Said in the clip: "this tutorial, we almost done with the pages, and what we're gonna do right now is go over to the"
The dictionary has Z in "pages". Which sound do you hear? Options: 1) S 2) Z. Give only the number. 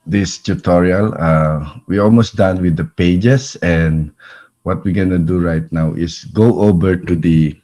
1